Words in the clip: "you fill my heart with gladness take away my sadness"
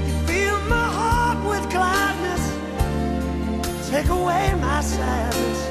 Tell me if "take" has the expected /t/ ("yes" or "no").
yes